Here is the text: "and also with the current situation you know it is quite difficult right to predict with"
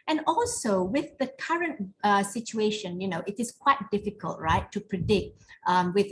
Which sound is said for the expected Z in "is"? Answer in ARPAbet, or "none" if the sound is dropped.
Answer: S